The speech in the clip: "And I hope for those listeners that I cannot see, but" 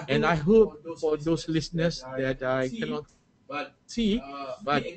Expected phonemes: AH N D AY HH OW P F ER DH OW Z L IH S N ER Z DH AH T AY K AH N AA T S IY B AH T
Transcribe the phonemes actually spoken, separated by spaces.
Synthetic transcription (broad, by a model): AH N AY HH OW P F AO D OW S L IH S N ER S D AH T AY K AH N AA T S IY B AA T